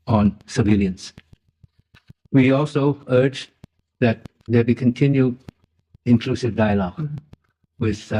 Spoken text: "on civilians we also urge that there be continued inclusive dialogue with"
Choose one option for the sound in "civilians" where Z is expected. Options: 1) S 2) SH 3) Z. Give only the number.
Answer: 1